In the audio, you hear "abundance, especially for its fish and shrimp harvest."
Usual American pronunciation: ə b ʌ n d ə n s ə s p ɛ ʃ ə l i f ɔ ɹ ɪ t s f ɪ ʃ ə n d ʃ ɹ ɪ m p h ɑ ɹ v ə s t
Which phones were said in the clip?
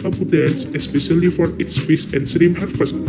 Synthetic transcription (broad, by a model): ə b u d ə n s ə s p ɛ ʃ ə l i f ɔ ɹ ɪ t s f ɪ s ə n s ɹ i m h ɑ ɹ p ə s